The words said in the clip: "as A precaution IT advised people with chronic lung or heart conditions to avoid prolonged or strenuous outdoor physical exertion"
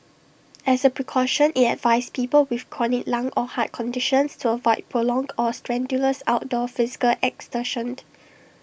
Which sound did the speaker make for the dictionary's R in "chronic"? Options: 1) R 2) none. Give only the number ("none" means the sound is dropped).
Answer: 2